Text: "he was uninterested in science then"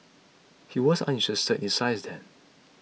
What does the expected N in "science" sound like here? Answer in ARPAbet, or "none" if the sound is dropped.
none